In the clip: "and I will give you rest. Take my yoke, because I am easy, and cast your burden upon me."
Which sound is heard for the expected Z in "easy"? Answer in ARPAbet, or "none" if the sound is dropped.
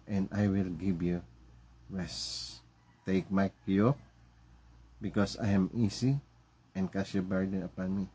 S